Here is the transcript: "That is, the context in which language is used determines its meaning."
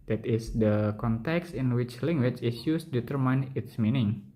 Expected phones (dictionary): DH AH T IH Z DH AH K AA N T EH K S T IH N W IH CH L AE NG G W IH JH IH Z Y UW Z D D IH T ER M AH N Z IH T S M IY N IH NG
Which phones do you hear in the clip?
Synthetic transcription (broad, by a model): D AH T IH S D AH K AA N T EH K S T IH N W IH CH L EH NG G W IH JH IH S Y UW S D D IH T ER M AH N IH T S M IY N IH NG